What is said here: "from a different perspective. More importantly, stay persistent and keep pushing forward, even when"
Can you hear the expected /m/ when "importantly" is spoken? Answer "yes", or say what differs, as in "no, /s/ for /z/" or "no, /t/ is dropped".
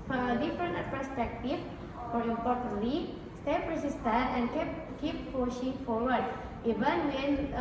no, /m/ is dropped